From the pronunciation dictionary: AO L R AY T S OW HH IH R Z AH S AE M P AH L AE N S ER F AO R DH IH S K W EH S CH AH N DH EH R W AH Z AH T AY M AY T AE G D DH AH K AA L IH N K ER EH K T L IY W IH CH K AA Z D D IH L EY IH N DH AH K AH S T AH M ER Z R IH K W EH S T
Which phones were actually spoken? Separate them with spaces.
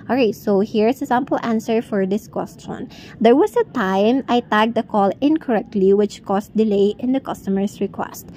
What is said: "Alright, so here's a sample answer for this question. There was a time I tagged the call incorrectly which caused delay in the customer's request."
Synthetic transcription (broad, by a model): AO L R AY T S OW HH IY R S AH S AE M P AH L AE N S ER F AO R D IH S K W EH S CH AH N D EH R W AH S AH T AY M AY T AE G D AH K AA L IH N K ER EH K T L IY W IH CH K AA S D D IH L EY IH N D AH K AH S T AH M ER S R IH K W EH S T